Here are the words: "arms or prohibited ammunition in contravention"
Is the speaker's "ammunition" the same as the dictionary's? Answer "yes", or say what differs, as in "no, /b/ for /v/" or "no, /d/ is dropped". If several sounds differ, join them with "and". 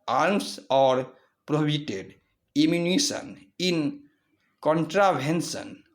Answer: no, /s/ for /ʃ/